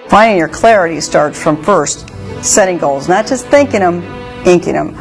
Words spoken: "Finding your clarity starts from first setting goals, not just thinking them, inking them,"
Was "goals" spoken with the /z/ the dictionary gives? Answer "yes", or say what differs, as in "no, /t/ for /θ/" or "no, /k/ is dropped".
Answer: yes